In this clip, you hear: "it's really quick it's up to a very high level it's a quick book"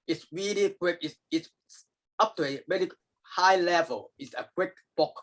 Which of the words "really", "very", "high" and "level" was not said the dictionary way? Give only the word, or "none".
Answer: very